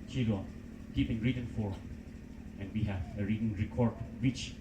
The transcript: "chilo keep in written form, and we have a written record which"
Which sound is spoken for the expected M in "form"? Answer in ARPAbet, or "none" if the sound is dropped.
none